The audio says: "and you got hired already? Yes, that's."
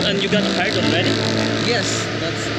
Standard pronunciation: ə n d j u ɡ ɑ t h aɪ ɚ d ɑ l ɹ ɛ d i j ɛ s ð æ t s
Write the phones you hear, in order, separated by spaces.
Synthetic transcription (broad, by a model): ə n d j u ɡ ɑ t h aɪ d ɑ n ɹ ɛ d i j ɛ s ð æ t s